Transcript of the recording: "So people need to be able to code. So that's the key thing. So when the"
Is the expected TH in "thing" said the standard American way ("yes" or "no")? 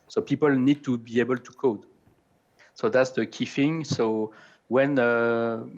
no